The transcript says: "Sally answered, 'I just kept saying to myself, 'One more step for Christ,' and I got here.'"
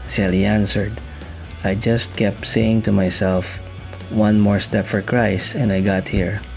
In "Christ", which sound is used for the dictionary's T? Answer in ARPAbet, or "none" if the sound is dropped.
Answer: none